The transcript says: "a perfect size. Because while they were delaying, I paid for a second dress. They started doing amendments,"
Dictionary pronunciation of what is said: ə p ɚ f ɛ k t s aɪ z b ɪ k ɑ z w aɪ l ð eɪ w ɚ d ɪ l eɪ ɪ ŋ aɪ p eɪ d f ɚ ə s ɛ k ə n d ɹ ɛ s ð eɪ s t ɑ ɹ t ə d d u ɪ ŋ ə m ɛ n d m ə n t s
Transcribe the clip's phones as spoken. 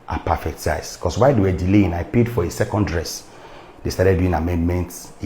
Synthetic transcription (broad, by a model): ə p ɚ f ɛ k t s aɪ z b k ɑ s w aɪ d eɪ w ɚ d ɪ l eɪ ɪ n aɪ p eɪ d f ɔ ə s ɛ k ə n d ɹ ɛ s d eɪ s t ɑ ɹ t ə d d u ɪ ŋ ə m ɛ n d m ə n t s